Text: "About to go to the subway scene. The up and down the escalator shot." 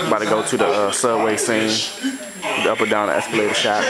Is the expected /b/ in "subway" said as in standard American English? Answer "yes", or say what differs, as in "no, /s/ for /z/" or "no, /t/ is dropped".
no, /b/ is dropped